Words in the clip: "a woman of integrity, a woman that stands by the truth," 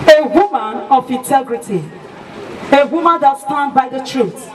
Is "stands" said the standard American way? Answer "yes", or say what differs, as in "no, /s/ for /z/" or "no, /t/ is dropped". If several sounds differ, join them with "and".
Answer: no, /z/ is dropped